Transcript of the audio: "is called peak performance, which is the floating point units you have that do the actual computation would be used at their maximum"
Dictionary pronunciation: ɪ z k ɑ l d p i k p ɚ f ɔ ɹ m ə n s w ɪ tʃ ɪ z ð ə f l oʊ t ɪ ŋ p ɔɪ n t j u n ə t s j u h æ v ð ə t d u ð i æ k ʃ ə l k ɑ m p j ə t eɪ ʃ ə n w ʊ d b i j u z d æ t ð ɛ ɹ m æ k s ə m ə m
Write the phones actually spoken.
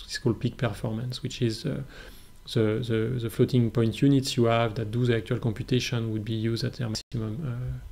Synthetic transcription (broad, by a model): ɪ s k ɑ l d p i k p ɚ f ɔ ɹ m ə n s w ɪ tʃ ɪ z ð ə f l oʊ t ɪ ŋ p ɔɪ n t j u n ə t s j u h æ v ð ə t d u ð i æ k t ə l k ɑ m p j ə t eɪ ʃ ə n w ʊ d b i j u z d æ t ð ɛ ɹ m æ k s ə m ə m